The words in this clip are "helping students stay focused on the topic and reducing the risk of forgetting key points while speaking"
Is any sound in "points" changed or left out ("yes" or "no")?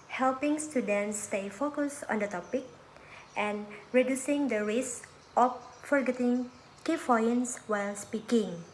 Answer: yes